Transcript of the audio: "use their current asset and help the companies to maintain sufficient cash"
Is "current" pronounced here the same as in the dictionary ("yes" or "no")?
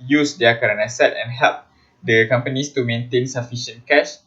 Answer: no